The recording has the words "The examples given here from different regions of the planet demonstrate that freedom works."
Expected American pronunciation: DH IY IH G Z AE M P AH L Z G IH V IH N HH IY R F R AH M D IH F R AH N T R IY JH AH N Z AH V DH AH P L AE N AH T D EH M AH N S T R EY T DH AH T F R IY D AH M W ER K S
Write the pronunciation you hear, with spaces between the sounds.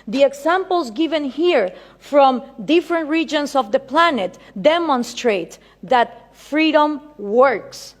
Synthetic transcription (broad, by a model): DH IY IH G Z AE M P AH L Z G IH V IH N HH IY R F R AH M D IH F R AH N T R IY JH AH N S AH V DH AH P L AE N AH T D EH M AH N S T R EY T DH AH T F R IY D AH M W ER K S